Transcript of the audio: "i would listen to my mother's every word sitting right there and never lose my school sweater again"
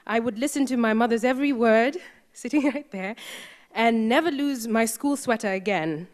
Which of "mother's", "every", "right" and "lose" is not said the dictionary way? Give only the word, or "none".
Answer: none